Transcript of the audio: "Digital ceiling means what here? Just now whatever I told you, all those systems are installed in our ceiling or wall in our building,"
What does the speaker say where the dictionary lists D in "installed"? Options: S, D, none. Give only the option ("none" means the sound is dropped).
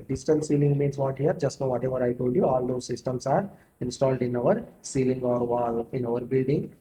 D